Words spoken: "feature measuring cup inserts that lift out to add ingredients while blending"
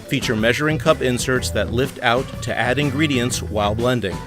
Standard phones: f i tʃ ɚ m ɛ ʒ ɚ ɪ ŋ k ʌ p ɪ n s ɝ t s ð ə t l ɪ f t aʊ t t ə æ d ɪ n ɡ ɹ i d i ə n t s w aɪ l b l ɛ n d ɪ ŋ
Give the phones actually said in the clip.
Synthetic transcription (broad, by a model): f i tʃ ɚ m ɛ ʒ ɚ ɪ ŋ k ʌ p ɪ n s ɝ t s ð ə t l ɪ f t aʊ t t æ d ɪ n ɡ ɹ i d i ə n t s w aɪ l b l ɛ n d ɪ ŋ